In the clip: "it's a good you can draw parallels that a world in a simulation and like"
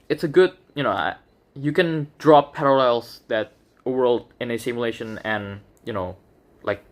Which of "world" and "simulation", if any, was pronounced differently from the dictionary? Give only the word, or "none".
none